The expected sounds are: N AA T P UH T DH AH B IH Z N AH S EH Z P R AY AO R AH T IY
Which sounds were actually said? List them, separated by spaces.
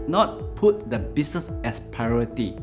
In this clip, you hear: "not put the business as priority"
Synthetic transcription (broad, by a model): N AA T P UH T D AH B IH S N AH S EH S P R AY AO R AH T IY